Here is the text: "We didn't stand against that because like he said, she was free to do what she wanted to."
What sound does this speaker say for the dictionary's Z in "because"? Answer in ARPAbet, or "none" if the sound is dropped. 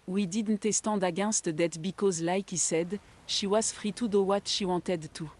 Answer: Z